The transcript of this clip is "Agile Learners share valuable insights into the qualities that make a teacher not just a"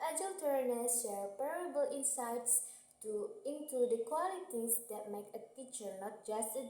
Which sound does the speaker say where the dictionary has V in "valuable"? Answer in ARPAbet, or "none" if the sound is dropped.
P